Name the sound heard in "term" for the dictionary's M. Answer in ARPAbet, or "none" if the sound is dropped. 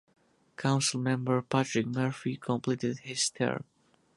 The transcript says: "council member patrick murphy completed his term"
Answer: none